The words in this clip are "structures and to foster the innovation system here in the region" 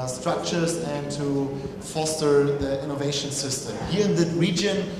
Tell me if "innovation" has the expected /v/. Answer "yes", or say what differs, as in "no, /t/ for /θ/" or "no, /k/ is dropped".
yes